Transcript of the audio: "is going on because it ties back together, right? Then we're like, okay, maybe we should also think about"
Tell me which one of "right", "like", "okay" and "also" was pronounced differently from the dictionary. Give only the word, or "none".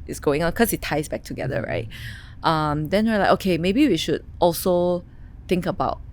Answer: like